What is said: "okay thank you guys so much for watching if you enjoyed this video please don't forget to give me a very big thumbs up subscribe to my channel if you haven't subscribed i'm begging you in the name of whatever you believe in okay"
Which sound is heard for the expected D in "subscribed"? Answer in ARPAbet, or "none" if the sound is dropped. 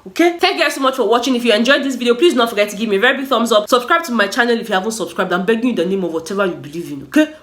D